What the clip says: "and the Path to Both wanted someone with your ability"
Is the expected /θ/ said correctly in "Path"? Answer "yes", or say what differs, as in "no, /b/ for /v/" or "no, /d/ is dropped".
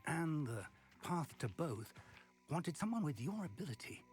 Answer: yes